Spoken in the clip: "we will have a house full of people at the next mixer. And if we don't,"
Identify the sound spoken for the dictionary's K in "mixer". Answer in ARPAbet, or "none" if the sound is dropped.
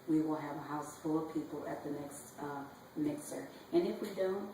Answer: K